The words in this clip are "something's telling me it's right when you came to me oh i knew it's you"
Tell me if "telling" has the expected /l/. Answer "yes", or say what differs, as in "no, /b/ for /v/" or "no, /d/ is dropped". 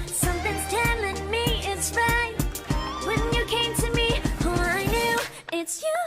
yes